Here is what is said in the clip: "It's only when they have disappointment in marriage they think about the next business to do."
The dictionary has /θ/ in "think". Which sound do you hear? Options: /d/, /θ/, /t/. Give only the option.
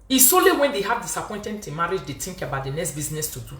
/t/